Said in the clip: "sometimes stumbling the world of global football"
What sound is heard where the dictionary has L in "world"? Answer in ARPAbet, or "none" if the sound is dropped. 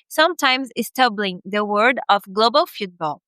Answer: none